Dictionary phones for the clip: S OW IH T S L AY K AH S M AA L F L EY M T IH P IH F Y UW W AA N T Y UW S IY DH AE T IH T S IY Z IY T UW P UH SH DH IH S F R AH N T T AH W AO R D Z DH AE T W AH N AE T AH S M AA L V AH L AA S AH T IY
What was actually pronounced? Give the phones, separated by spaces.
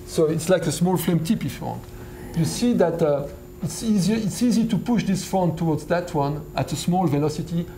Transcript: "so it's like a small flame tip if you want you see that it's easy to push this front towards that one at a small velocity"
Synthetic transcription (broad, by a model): S OW IH T S L AY K AH S M AA L F L EY M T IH P IH F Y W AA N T Y UW S IY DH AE T IH T S IY Z IY T UW P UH SH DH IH S F AO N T T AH W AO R D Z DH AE T W AH N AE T AH S M AA L V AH L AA S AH T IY